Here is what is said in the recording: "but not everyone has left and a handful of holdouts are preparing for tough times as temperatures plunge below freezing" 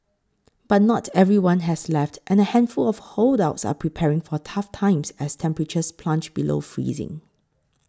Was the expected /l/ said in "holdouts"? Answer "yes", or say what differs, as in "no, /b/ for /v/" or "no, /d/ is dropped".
yes